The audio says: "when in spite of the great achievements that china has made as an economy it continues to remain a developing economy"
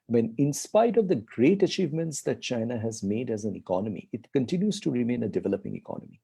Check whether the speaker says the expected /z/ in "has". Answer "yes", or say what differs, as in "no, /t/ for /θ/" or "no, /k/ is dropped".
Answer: yes